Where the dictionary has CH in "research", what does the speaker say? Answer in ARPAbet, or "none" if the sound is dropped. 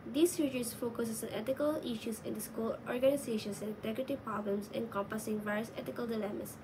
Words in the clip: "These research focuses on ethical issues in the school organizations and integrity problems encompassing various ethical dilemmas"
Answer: S